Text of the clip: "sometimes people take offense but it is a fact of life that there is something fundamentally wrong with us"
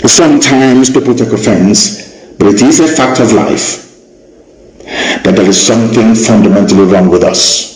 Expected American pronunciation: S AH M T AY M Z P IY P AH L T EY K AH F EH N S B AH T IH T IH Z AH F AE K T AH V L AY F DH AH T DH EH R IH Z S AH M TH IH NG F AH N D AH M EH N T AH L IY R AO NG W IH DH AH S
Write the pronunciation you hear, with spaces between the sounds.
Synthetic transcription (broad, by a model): S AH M T AY M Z P IY P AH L T EY K AH F EH N S B AH T IH T IH Z AH F AE K T AH V L AY F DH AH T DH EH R IH Z S AH M TH IH NG F AH N D AH M EH N T AH L IY R AO NG W IH DH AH S